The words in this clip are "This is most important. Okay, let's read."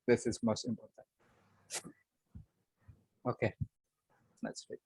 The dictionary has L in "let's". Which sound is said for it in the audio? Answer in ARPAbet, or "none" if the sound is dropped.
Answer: N